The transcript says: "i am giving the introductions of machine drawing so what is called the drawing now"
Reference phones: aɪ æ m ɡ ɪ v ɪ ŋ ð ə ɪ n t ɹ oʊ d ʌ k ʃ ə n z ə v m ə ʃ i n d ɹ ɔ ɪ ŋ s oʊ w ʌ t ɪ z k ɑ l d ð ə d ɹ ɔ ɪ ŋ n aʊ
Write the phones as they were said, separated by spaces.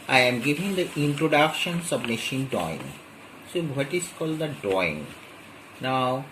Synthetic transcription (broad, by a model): aɪ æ m ɡ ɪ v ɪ ŋ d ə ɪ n t ɹ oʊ d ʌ k ʃ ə n s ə b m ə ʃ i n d ɔ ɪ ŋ s oʊ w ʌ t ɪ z k ɑ l d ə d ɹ ɔ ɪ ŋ n aʊ